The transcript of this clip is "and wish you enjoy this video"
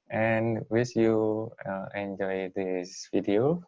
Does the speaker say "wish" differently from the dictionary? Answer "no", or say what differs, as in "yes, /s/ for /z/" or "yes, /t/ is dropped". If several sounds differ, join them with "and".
yes, /s/ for /ʃ/